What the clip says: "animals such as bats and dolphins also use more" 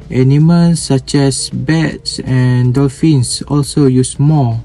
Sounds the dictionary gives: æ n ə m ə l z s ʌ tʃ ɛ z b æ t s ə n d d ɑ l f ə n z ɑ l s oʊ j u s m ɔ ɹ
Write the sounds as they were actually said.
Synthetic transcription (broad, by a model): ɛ n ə m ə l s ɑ tʃ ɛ s b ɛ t s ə n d d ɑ l f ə n s ɑ l s oʊ j u s m ɔ